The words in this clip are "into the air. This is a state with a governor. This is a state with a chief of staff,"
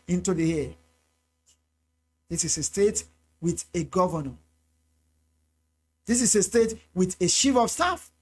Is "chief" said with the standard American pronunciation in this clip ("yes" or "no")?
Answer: no